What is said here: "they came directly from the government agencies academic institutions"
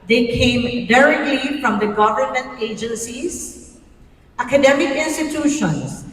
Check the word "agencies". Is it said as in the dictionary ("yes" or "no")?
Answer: yes